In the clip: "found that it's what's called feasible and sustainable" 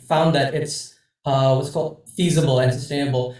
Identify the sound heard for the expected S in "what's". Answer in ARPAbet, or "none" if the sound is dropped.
S